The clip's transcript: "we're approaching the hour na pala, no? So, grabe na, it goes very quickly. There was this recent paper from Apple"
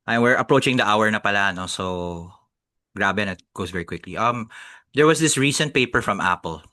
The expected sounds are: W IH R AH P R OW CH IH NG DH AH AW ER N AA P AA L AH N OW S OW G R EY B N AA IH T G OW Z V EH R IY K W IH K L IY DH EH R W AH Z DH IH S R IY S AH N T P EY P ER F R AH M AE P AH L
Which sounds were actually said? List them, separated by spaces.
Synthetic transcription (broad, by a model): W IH R AH P R OW CH IH NG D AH AW ER N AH P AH L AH N OW S OW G R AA B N IH T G OW S V EH R IY K W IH K L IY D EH R W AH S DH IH S R IY S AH N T P EY P ER F R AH M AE P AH L